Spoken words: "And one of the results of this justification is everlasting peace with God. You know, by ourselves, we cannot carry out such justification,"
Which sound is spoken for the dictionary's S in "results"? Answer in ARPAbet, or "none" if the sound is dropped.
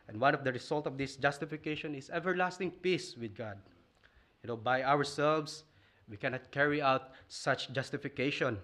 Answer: none